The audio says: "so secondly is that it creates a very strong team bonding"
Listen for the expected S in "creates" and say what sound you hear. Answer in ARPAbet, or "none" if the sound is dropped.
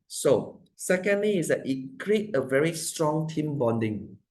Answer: none